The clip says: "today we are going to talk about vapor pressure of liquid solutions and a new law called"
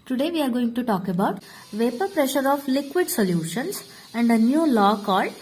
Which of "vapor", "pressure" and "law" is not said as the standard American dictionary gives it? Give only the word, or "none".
none